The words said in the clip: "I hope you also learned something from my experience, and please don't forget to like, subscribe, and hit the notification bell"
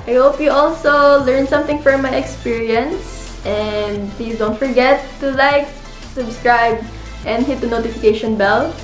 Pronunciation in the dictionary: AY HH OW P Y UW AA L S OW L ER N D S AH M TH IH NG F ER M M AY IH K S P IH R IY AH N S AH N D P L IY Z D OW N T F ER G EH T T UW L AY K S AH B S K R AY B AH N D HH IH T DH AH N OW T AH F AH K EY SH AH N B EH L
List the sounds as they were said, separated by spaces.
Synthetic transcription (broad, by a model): AY HH OW P Y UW AA L S OW L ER N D S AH M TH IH NG F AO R M AY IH K S P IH R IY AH N S AH N D P L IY S D OW N T F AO G EH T T UW L AY K S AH B S K R AY B AH N D HH IH T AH N OW T AH F AH K EY SH AH N B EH L